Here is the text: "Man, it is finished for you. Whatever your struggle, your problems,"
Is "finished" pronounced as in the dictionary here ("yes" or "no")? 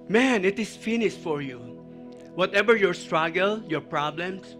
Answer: no